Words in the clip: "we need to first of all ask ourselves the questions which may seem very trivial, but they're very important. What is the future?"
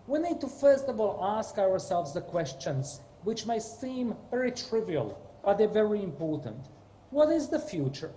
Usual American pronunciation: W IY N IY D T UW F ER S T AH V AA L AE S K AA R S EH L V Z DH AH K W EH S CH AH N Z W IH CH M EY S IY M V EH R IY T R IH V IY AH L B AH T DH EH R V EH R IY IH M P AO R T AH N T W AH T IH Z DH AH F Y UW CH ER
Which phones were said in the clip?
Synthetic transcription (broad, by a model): W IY N IY D T UW F ER S T AH V AA L AE S K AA R S EH L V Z DH AH K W EH S CH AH N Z W IH CH M EY S IY M V EH R IY T R IH V IY AH L B AH T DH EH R V EH R IY IH M P AO R T AH N T W AH T IH Z DH AH F Y UW CH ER